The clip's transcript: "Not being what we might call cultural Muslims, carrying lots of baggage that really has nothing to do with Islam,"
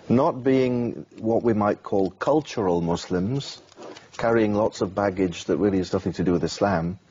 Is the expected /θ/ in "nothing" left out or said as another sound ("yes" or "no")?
no